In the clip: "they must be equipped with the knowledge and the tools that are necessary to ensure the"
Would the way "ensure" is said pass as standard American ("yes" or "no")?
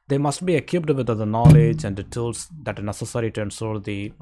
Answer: no